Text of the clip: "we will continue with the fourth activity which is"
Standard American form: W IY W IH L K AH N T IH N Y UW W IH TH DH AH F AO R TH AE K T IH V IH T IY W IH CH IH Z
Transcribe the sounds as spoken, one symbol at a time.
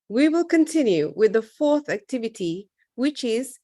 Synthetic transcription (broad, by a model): W IY W IH L K AH N T IH N Y UW W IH DH AH F AO R TH AE K T IH V IH T IY W IH CH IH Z